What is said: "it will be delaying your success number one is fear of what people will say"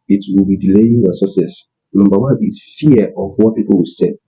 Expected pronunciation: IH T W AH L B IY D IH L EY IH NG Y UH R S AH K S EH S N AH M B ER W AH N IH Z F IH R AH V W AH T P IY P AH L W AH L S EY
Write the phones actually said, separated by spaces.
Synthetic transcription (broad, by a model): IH T W AH L B IY D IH L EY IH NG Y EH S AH S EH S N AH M B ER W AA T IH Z F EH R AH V W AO T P IY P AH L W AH S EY